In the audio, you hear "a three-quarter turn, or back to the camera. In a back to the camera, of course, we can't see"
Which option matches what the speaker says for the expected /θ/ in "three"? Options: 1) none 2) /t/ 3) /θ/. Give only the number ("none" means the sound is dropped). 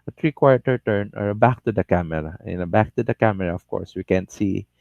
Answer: 2